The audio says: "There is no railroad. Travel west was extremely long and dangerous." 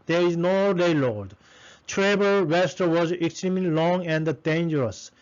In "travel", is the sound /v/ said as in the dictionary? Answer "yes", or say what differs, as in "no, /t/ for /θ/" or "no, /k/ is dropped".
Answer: no, /b/ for /v/